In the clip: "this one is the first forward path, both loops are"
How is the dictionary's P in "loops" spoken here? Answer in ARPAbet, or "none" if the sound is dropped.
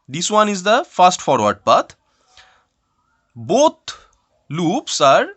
P